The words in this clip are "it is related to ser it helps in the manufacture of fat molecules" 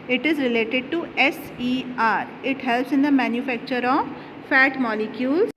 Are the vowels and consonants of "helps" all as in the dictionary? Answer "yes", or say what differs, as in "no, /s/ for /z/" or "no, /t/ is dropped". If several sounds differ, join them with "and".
yes